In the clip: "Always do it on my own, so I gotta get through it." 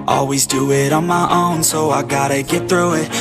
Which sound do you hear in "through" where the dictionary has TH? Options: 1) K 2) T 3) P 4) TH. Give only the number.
4